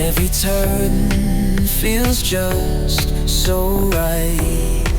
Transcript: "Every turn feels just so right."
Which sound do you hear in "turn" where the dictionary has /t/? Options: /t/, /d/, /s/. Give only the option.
/t/